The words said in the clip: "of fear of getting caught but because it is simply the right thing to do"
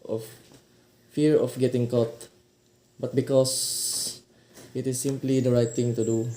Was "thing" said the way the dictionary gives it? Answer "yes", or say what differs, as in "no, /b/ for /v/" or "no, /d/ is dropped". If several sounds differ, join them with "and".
no, /t/ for /θ/